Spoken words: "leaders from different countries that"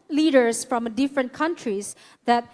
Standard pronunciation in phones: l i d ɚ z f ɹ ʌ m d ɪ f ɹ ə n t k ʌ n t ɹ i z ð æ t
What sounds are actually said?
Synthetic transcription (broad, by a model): l i d ɚ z f ɹ ʌ m d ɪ f ɹ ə n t k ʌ n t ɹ i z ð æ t